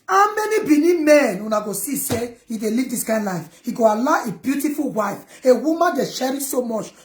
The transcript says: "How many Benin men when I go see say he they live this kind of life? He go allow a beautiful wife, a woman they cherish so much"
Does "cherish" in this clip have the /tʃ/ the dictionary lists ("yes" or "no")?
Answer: no